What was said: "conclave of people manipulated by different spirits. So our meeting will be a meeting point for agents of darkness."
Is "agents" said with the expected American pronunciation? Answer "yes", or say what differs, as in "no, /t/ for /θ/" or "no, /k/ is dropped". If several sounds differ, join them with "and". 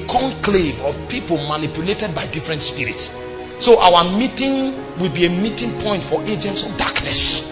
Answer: yes